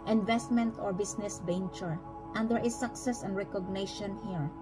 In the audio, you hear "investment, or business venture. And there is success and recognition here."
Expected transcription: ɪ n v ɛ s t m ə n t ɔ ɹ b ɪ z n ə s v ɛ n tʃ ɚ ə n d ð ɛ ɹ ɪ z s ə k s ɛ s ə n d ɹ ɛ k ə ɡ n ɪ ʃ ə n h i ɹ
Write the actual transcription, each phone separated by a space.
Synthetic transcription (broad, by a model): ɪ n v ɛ s t m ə n t ɔ ɹ b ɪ s n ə s b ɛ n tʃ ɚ ə n d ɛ ɹ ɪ s ə k s ɛ s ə n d ɹ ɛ k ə ɡ n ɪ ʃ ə n h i ɹ